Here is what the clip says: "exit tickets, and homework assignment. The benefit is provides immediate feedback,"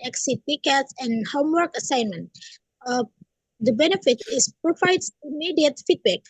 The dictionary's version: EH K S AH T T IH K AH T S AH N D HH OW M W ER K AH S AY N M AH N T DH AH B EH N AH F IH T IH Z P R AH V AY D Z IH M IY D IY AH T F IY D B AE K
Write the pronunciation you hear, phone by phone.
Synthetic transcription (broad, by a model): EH K S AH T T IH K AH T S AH N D HH OW M W ER K AH S AY N M AH N T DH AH B EH N AH F IH T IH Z P R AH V AY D S IH M IY D IY AH T F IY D B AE K